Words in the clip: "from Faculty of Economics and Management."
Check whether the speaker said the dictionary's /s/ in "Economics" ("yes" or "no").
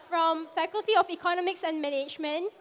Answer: yes